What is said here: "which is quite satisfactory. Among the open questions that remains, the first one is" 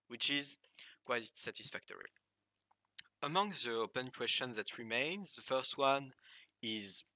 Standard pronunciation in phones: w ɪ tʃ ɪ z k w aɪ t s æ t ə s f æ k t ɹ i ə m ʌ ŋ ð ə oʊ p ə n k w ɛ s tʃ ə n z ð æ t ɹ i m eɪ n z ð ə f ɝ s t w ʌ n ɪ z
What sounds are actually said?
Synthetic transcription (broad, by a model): w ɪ tʃ ɪ z k w aɪ t s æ t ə s f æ k t ɹ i ə m ʌ ŋ ð ə oʊ p ə n k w ɛ s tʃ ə n ð æ t ɹ i m eɪ n z ð ə f ɝ s t w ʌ n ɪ z